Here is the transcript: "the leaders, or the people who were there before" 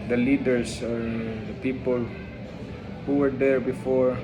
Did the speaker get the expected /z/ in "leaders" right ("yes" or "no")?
no